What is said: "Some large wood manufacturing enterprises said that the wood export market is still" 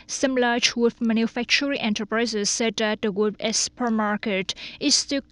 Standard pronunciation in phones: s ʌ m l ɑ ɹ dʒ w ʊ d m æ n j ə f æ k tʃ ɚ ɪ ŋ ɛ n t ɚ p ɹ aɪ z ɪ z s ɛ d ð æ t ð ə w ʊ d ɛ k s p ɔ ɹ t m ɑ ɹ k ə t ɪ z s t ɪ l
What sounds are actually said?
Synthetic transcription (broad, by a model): s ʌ m l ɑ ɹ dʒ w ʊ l m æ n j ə f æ k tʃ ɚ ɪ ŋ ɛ n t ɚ p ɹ aɪ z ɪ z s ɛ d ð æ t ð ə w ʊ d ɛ s p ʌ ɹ m ɑ ɹ k ə t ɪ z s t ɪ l